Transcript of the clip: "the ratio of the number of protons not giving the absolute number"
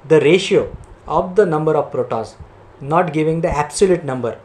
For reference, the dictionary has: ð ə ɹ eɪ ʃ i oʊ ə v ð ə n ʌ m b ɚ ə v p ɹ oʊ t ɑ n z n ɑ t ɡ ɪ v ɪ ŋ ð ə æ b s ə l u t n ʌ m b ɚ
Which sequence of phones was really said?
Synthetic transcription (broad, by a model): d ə ɹ eɪ ʃ i oʊ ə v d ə n ʌ m b ɚ ə v p ɹ oʊ t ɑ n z n ɑ t ɡ ɪ v ɪ ŋ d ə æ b s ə l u t n ʌ m b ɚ